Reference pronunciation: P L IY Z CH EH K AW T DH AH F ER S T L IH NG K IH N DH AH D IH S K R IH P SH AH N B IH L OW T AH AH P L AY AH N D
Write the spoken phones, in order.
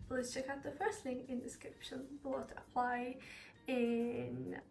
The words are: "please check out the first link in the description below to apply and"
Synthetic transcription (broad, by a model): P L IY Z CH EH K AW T DH AH F ER S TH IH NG IH N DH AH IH S K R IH P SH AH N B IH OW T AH AH P L AY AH N